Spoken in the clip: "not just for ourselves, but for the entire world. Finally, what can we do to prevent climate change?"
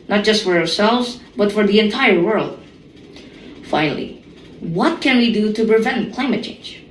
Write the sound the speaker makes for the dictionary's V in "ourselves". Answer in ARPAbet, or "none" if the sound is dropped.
V